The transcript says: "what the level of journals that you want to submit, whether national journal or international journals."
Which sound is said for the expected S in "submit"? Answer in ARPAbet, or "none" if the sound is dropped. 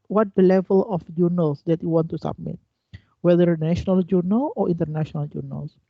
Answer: S